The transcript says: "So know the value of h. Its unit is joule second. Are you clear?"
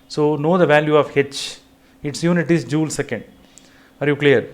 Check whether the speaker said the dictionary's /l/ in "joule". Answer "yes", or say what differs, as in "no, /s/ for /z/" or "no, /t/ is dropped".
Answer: yes